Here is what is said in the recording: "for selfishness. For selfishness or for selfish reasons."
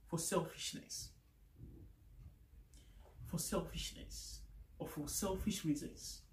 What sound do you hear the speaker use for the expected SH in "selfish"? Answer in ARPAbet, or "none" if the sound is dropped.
SH